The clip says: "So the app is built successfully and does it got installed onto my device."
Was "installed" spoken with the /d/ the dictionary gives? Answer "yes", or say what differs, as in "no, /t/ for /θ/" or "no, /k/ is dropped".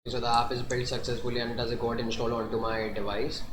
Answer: no, /d/ is dropped